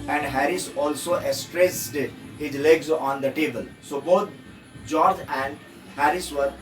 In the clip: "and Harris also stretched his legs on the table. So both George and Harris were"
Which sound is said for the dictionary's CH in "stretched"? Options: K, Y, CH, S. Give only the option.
S